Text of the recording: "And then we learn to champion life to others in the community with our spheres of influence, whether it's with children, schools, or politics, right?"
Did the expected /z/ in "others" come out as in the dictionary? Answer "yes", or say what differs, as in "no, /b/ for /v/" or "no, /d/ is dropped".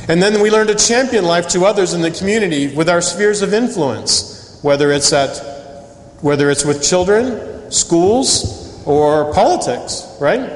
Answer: yes